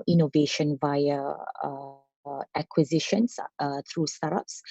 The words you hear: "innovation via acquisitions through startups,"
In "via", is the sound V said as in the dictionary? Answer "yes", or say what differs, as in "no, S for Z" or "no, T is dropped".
yes